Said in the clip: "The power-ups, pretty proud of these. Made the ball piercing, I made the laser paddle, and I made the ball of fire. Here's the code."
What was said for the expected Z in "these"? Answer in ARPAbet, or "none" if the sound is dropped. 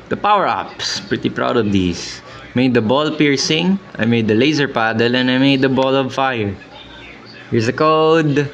S